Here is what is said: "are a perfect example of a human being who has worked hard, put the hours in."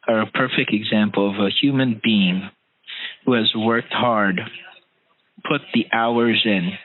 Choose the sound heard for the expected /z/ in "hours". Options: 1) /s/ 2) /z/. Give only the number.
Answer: 2